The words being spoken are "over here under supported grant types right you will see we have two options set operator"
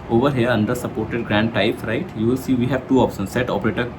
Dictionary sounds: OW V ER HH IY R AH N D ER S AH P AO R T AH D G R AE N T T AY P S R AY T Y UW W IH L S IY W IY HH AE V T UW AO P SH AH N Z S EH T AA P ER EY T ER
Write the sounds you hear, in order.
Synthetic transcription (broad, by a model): OW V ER HH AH R AH N D ER S AH P AO R T AH D G R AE N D T AY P R AY T Y UW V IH L S IY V IY HH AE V T UW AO P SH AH N S EH T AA P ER EY T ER